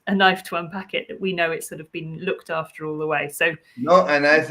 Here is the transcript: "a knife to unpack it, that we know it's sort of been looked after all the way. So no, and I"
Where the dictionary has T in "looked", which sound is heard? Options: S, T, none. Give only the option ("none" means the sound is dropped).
T